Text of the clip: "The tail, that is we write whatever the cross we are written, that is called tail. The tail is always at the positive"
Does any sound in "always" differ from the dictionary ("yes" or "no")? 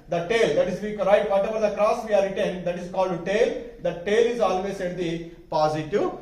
yes